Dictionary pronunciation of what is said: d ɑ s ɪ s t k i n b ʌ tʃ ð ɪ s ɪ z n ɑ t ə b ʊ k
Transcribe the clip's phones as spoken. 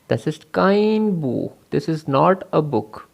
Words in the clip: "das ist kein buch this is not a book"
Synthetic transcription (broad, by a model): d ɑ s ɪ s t k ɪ n b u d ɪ s ɪ z n ɑ t ə b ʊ k